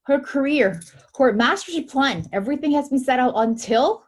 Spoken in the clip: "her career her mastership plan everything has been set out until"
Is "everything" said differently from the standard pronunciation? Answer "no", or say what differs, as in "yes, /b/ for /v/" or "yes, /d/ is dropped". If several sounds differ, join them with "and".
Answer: no